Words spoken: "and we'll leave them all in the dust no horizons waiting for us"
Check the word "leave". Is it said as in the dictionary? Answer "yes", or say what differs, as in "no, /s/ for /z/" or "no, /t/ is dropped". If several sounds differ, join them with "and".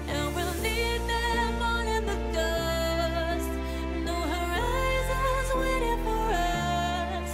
no, /n/ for /l/